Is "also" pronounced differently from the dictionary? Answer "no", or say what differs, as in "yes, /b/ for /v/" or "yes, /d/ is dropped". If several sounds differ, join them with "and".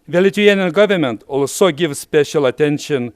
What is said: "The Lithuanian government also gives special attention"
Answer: no